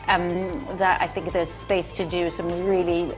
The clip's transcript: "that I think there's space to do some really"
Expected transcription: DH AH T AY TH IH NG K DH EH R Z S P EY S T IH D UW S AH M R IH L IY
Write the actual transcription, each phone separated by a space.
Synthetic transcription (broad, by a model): DH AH T AY TH IH NG K DH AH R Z S P EY S T IH D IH S AH M R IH L IY